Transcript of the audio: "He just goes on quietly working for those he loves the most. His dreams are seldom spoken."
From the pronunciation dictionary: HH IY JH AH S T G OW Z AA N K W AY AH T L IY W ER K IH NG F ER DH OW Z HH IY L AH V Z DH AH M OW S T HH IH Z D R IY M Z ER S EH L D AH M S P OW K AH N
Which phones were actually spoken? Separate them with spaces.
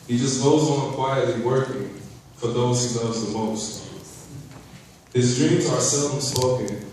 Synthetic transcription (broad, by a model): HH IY JH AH S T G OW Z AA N K W AY AH T L IY W ER K IH NG F ER DH OW Z HH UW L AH Z DH AH M OW S T HH IH Z D R IY M Z ER S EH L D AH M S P OW K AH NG